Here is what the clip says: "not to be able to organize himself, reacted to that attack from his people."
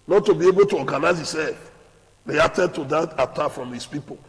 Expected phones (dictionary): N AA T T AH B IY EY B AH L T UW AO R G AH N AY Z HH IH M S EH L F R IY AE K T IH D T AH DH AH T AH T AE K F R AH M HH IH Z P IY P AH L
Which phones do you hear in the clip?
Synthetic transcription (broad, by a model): N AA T T AH B IY EY B AH L T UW AO G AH N AY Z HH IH S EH L F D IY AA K T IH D T AH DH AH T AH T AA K F R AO M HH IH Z P IY P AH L